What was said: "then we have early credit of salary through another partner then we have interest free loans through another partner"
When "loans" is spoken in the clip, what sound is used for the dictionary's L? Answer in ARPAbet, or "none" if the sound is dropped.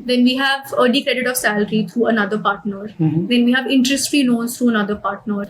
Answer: N